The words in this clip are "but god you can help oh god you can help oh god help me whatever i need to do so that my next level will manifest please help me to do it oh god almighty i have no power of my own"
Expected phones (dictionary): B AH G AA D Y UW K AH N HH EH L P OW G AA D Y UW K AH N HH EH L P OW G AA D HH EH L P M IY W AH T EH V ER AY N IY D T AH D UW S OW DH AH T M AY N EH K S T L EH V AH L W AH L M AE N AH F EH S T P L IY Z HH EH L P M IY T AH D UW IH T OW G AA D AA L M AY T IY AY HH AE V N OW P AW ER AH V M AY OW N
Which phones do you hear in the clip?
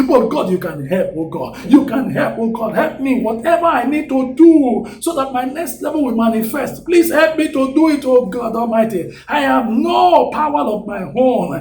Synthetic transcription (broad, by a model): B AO G AA D Y UW K AH N HH EH L P OW G AA D Y UW K AH N HH EH L P OW G AA D HH EH L P M IY W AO T EH V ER AY N IY D T AH D UW S OW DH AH T M AY N EH K S T L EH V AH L W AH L M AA N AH F EH S T P L IY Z HH EH L P M IY T AH D UW IH T OW G AA D AA L M AY T IY AY HH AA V N OW P AW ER AH V M AY OW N